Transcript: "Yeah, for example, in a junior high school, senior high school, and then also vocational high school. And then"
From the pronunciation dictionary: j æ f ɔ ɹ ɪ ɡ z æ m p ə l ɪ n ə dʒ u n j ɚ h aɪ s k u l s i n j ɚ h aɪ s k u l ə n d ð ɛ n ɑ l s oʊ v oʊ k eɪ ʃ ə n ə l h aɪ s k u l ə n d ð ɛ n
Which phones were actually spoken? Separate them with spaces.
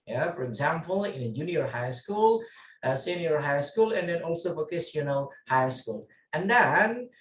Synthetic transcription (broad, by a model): j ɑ f ɔ ɹ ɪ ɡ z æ m p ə l ɪ n ə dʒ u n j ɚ h aɪ s k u l s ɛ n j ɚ h aɪ s k u l ə n d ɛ n ɑ l s oʊ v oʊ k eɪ s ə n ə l h aɪ s k u l ə n d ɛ n